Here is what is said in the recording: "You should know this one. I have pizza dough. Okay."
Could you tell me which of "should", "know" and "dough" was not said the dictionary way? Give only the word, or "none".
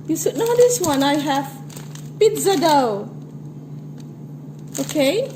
should